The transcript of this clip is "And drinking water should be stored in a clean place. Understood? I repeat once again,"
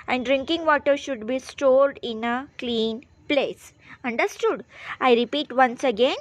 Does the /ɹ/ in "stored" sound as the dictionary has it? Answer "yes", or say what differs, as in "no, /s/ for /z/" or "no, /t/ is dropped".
yes